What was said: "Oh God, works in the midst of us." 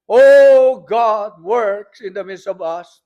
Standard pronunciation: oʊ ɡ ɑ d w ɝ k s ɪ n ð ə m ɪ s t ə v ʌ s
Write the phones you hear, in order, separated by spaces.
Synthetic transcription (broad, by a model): oʊ ɡ ɑ d w ɝ k s ɪ n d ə m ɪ s ə v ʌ s